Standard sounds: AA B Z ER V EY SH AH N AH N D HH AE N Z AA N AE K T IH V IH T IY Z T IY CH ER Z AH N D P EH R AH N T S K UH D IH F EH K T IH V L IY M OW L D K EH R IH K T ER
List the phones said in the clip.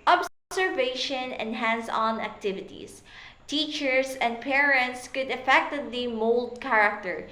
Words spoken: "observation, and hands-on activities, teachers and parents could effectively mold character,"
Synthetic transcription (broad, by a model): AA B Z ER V EY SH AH N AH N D HH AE N S AA N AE K T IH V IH T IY S T IY CH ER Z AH N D P EH R AH N T S K UH D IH F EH K T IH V L IY M OW L D K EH R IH K T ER